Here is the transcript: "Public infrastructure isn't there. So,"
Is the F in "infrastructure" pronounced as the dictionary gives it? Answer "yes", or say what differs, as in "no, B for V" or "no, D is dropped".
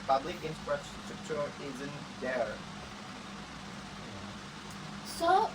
no, P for F